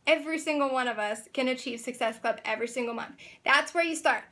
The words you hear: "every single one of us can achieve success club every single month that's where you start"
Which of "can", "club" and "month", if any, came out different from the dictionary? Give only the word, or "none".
none